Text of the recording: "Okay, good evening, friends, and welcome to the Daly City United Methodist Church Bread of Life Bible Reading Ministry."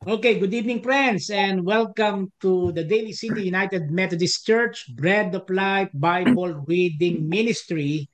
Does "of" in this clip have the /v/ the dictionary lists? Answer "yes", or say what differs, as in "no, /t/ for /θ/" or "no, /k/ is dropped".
no, /p/ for /v/